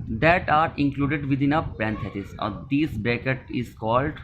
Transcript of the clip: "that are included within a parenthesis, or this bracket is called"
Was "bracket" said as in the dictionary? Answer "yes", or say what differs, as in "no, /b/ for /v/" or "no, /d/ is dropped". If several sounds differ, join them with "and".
no, /ɹ/ is dropped